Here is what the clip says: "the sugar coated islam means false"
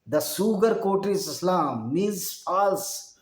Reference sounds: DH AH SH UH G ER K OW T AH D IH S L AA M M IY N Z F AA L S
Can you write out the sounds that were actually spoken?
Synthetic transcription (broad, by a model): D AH S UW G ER K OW T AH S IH S L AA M M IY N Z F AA L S